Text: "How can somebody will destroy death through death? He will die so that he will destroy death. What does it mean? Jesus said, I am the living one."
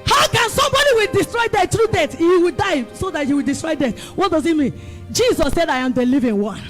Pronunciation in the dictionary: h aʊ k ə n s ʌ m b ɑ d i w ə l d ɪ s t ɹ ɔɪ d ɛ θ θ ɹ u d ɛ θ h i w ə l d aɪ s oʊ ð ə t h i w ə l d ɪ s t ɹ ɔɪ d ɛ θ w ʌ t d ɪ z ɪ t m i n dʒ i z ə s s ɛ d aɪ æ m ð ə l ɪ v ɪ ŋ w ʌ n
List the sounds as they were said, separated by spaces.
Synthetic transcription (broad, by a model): h aʊ k ə n s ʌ m b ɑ d i w ə l d ɪ s t ɹ ɔɪ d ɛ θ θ ɹ u d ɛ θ h i w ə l d aɪ s oʊ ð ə t h i w ə l d ɪ s t ɹ ɔɪ d ɛ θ w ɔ t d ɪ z ɪ t m i n dʒ i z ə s s ɛ d aɪ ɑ m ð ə l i v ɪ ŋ w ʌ n